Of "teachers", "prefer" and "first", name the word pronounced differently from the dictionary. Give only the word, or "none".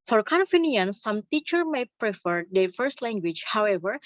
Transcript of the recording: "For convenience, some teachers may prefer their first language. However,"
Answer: teachers